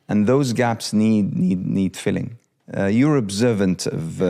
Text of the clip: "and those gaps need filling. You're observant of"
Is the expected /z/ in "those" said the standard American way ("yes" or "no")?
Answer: yes